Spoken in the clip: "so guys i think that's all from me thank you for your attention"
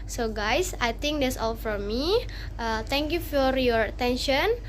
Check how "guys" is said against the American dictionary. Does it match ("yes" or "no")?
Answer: no